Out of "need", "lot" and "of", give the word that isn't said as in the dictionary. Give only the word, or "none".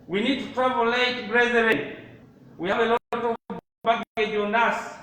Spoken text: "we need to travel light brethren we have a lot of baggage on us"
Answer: of